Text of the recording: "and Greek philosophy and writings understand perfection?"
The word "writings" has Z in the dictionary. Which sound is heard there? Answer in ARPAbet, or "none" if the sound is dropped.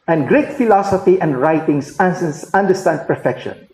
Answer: S